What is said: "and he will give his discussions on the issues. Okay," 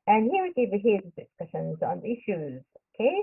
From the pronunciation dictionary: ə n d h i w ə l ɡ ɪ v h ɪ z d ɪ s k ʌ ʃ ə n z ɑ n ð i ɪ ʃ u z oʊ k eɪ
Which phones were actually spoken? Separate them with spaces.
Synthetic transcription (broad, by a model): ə n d h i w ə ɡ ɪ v h ɪ z d ɪ s k ʌ ʃ ə n z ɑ n ð i ɪ ʃ u z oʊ k eɪ